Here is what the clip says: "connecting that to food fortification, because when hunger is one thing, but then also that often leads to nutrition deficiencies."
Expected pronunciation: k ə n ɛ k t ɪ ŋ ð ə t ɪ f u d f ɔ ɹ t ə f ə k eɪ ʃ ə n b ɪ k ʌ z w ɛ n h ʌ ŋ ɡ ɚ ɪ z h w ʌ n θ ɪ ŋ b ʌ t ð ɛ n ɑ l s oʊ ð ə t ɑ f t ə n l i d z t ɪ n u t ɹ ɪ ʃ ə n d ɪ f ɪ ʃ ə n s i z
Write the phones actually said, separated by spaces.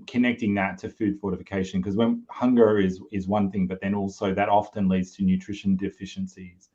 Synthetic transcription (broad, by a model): k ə n ɛ k t ɪ ŋ ð ə t ɪ f u d f ɔ ɹ t ə f ə k eɪ ʃ ə n k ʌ z w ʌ n h ʌ ŋ ɡ ɚ ɪ z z w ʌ n θ ɪ ŋ b ʌ t ð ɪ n ɑ l s oʊ ð ə t ɑ f t ə n l i d z t ɪ n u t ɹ ɪ ʃ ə n d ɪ f ɪ ʃ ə n s i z